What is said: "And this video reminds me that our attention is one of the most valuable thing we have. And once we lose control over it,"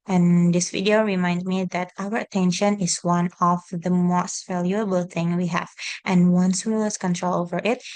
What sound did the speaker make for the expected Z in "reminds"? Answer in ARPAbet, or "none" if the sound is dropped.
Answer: none